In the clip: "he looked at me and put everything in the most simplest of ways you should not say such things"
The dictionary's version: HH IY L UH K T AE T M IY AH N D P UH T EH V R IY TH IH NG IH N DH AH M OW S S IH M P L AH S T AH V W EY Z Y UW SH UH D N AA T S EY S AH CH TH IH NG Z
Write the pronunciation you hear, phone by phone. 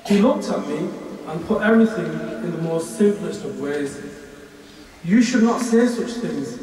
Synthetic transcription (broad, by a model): HH IY L UH K T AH T M IY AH N P UH T EH V R IY TH IH NG IH N DH AH M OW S S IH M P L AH S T AH V W EY Z Y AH SH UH D N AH T S EY S AH CH TH IH NG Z